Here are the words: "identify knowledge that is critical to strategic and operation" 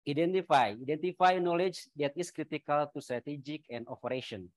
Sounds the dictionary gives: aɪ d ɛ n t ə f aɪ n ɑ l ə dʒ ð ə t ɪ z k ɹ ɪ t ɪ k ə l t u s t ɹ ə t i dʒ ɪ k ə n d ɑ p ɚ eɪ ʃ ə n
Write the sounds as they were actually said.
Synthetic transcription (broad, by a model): aɪ d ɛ n t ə f aɪ n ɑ l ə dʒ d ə t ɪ s k ɹ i t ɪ k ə l t u s t ɹ ə t i dʒ ɪ k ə n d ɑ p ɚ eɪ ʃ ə n